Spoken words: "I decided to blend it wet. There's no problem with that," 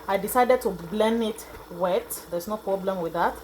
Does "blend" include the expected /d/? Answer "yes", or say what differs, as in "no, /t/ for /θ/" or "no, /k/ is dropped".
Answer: no, /d/ is dropped